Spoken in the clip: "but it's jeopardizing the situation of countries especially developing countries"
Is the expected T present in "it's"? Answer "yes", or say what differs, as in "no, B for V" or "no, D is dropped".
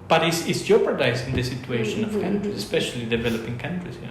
no, S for T